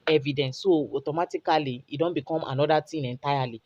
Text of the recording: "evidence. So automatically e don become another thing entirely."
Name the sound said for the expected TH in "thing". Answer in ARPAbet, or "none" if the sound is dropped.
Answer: T